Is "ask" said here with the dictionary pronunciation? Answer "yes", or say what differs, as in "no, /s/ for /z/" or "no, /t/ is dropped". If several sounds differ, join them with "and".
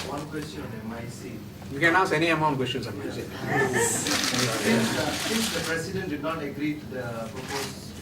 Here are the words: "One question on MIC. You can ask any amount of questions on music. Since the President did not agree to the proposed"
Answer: no, /k/ is dropped